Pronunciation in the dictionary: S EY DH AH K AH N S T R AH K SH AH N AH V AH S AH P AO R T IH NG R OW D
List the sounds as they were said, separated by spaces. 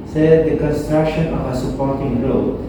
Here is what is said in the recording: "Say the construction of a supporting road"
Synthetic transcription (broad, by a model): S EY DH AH K AH N S T R AH K SH AH N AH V AH S AH P AO R T IH NG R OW